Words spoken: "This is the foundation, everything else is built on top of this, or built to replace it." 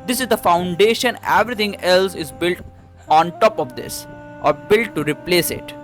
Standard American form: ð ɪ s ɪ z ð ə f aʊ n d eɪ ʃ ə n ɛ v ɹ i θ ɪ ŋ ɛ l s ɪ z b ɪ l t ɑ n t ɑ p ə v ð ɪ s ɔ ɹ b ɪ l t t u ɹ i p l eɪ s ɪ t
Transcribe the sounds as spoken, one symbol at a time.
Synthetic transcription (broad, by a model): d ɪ s ɪ z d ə f aʊ n d eɪ ʃ ə n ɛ v ɹ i t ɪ ŋ ɛ l s ɪ z b ɪ l t ɑ n t ɑ p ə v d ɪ s ɔ ɹ b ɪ l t t u ɹ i p l eɪ s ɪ t